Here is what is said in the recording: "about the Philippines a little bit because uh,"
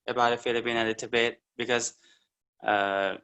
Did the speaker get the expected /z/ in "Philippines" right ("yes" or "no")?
no